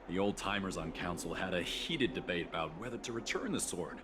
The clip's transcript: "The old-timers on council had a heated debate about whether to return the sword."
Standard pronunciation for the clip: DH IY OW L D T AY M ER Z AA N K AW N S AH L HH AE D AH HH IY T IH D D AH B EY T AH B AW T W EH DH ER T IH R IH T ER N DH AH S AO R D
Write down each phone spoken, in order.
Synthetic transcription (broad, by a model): DH IY OW L D T AY M ER Z N K AW N S L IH D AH HH IY T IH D D AH B EY T AH B AW T W EH DH ER T IH R IH T ER N DH AH S AO R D